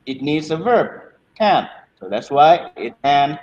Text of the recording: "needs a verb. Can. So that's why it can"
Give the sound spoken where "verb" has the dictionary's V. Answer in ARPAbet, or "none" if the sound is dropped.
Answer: V